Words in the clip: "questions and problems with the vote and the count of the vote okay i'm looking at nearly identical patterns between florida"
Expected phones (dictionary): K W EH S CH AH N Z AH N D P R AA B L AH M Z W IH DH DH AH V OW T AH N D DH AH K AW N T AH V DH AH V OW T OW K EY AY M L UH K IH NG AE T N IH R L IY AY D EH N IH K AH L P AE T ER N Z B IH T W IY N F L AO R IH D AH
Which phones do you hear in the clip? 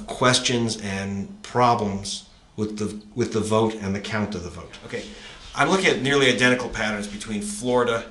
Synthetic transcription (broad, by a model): K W EH S CH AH N Z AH N P R AA B L AH M Z W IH DH DH AH V OW T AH N DH AH K AW N T AH V DH AH V OW T OW K EY AY M L UH K IH NG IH T N IH R L IY AY D EH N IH K L P AE T ER N Z B IH T W IY N F L AO R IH D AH